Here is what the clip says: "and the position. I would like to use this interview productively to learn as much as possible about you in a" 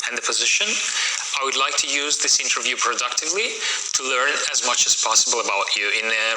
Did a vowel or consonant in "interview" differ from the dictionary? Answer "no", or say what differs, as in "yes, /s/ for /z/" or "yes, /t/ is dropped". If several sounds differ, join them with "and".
no